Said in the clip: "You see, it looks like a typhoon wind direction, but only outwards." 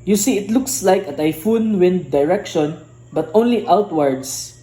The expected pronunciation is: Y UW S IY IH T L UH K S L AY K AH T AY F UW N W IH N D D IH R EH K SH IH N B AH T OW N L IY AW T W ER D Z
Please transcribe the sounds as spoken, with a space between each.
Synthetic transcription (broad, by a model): Y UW S IY IH T L UH K S L AY K AH T AY F UW N W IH N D D IH R EH K SH IH N B AH T OW N L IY AW T W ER D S